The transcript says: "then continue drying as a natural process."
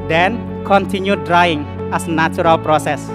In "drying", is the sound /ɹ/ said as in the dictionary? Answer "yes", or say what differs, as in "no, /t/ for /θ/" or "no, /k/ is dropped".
yes